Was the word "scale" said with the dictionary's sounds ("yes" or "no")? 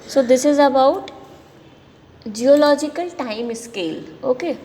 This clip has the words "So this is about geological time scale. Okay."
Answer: yes